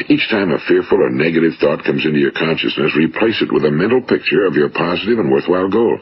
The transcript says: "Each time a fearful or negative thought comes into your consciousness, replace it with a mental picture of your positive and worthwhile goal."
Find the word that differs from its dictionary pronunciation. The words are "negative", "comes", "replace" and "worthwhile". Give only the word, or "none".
none